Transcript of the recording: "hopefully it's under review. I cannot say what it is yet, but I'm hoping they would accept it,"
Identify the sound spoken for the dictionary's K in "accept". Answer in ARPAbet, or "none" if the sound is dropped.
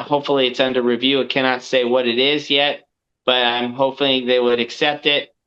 K